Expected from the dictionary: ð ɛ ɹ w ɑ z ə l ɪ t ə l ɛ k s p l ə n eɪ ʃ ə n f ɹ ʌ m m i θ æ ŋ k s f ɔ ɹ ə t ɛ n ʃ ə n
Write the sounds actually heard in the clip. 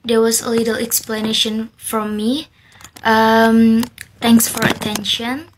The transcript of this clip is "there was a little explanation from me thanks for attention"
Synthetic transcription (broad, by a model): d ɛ w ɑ s ə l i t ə l ɛ k s p l ə n eɪ ʃ ə n f ɹ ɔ m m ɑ t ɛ ŋ k s f ɔ ɹ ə t ɛ n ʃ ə n